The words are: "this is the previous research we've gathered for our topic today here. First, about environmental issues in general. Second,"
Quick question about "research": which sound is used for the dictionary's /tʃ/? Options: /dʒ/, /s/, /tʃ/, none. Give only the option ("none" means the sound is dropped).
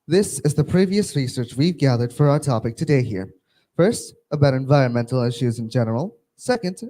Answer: /tʃ/